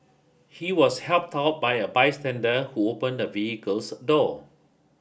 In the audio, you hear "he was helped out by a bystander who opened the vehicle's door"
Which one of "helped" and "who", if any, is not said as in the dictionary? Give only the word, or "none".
none